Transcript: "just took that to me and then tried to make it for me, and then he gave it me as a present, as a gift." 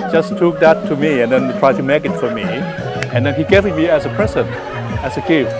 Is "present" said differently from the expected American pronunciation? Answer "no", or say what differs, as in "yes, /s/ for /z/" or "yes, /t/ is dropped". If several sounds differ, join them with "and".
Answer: yes, /t/ is dropped